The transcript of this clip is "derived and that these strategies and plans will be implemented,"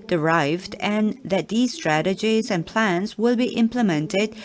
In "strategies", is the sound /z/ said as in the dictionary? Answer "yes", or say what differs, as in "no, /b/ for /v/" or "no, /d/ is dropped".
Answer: yes